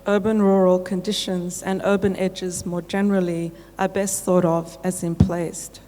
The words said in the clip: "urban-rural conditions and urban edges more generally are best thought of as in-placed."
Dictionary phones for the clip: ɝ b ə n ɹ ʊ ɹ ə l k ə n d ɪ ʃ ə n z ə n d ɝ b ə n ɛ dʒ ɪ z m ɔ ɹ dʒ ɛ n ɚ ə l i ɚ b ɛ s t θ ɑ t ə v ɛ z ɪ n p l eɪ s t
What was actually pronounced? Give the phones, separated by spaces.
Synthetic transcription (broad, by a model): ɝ b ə n ɹ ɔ ɹ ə l k ə n d ɪ ʃ ə n z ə n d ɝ b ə n ɛ dʒ ɪ z m ɔ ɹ dʒ ɛ n ɚ ə l i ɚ b ɛ s t θ ɑ t ə v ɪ z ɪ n p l eɪ s t